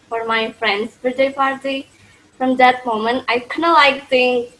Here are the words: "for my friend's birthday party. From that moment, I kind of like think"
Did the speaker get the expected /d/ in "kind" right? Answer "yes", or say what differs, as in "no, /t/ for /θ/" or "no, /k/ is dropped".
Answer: no, /d/ is dropped